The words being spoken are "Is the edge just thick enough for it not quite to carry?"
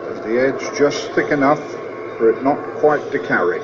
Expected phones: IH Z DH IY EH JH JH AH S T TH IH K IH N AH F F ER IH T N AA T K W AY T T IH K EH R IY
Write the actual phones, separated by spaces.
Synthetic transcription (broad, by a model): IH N DH IY EH JH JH AH S TH IH K IH N AH F F ER IH T N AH T K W AY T T IH K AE R IY